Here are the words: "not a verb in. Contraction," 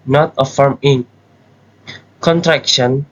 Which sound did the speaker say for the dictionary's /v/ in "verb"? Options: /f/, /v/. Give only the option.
/f/